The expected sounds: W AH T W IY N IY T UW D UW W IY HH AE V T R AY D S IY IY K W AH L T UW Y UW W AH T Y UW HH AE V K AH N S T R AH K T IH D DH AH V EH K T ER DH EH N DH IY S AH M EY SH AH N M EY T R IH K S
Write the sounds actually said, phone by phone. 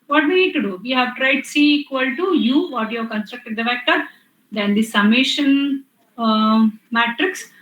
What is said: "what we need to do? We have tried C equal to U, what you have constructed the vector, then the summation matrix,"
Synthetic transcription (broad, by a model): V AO T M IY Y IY T UW D UW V IY HH AE V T R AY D S IY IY K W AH L T UW Y UW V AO T Y UW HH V K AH N S T R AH K T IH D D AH F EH K T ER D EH N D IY S AH M EY SH AH N M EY T R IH K S